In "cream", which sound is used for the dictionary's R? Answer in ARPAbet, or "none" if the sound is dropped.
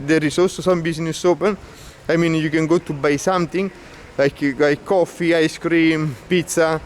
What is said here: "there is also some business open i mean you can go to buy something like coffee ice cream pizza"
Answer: R